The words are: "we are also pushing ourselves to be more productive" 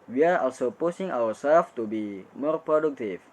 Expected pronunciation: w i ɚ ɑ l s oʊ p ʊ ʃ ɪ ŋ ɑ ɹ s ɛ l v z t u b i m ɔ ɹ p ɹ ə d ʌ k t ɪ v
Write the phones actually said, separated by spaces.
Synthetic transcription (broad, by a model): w i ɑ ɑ s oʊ p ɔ s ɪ ŋ ɑ w s ɛ l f t u b i m ɔ ɹ p ɹ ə d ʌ k t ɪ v